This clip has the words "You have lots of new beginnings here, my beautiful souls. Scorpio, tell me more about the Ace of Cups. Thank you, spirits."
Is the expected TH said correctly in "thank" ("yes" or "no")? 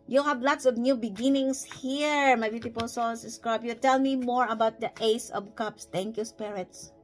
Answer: no